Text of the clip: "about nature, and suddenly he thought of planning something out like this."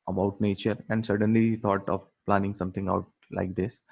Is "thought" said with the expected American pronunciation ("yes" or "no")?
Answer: no